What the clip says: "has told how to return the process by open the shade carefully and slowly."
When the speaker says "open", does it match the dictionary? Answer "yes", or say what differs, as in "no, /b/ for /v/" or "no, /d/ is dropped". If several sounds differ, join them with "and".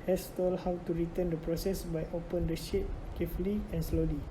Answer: yes